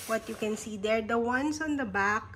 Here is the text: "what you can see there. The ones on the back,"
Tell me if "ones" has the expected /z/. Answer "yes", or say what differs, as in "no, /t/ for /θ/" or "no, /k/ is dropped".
no, /s/ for /z/